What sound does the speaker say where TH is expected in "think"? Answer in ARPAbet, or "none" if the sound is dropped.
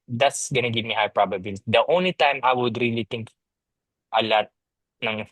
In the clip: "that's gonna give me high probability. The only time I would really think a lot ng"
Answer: T